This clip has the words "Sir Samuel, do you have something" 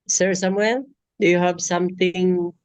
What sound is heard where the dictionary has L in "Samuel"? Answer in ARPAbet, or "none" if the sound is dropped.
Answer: N